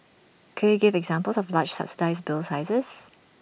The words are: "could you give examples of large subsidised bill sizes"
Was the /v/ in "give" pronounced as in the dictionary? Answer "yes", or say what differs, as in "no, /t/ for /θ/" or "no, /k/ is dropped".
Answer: yes